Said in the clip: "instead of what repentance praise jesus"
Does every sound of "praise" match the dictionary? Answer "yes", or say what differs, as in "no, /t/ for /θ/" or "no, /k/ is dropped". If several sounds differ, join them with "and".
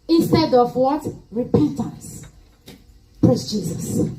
no, /s/ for /z/